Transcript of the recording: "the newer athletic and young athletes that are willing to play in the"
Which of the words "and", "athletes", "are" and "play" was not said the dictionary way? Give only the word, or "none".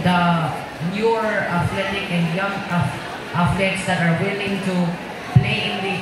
athletes